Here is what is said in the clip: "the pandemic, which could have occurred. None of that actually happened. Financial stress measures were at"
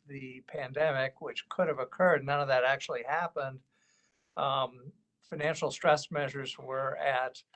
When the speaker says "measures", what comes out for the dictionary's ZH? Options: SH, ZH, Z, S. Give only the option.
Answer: ZH